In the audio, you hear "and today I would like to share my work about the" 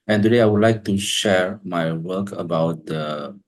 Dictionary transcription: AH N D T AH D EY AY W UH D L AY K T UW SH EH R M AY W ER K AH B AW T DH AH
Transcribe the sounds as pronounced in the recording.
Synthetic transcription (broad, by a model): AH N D T AH D EY AY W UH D L AY K T UW SH EH R M AY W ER K AH B AW T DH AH